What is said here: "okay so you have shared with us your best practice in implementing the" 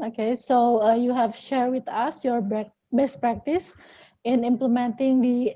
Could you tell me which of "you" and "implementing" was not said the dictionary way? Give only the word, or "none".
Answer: none